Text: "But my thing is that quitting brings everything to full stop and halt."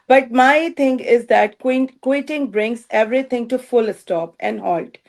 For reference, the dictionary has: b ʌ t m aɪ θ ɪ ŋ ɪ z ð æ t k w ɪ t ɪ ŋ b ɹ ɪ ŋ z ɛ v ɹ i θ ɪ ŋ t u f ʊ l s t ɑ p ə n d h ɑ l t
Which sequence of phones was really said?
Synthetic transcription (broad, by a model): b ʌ t m aɪ t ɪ ŋ ɪ z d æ t k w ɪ t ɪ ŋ b ɹ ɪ ŋ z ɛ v ɹ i t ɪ ŋ t u f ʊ l s t ɑ p ə n d h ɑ l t